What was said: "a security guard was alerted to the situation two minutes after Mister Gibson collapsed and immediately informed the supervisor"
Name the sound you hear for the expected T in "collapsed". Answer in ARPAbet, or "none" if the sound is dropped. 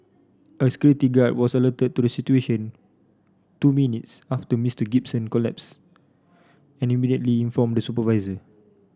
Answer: none